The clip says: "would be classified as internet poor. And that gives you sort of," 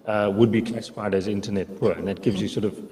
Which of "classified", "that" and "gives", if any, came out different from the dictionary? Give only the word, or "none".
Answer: none